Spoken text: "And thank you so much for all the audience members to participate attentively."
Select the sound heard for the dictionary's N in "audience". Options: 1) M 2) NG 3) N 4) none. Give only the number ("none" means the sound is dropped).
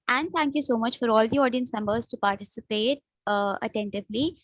3